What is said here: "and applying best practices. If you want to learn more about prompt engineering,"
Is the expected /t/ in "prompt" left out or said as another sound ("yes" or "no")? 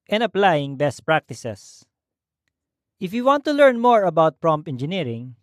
yes